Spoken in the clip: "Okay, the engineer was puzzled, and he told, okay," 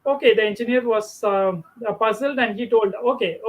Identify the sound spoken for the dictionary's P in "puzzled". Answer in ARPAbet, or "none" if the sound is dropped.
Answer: P